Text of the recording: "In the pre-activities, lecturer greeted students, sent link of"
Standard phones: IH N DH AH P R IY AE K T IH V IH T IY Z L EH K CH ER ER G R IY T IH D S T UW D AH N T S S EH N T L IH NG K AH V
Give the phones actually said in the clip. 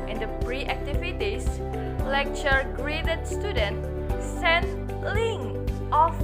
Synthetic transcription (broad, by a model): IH N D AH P R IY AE K T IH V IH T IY S L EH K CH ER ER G R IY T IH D S T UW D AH N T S S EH N L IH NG AH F